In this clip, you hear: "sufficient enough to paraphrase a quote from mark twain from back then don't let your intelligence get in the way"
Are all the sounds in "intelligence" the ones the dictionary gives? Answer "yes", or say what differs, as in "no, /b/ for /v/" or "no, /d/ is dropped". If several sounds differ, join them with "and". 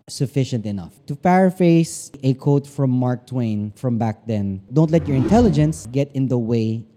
yes